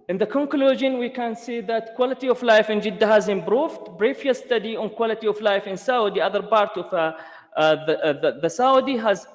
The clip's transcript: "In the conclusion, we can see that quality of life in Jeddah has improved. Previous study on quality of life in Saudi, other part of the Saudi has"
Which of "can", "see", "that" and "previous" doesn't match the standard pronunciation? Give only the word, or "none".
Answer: previous